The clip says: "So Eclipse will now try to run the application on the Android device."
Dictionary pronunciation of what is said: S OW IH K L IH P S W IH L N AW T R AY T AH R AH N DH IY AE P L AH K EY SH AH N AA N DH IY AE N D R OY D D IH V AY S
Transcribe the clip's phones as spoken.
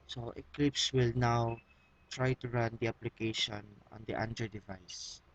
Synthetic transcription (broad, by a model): S OW IH K L IH P S W IH L N AW T R AY T AH R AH N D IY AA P L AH K EY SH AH N AA N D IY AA N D EH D D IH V AY S